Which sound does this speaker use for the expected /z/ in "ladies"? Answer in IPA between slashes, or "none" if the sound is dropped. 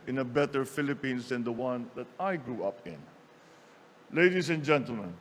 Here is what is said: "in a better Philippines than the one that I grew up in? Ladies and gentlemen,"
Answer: /s/